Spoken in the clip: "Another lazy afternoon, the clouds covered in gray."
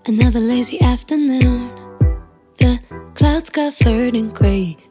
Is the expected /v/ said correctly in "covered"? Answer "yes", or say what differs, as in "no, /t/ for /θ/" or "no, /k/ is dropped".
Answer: no, /f/ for /v/